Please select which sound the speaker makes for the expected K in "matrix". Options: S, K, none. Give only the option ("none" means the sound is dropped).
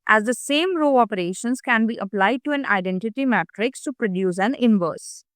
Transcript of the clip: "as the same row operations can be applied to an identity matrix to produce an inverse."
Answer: K